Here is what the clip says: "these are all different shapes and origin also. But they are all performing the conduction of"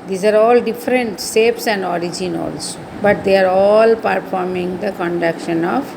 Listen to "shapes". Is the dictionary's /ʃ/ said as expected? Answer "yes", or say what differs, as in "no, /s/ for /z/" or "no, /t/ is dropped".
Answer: no, /s/ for /ʃ/